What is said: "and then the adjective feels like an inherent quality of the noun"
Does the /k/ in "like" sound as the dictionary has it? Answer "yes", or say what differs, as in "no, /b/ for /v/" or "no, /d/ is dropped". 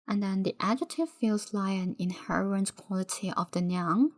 no, /k/ is dropped